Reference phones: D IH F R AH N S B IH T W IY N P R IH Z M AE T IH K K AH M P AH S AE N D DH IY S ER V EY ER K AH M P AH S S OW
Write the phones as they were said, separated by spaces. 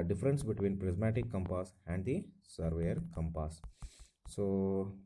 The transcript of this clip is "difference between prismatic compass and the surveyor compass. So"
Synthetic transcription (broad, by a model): D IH F R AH N S B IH T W IY N P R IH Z M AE T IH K K AH M P AH S AE N D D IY S ER V EY ER K AH M P AH S S OW